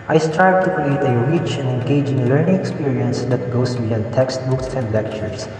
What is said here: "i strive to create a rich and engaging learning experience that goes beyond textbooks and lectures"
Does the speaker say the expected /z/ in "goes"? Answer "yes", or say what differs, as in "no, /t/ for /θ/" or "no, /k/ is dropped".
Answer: no, /s/ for /z/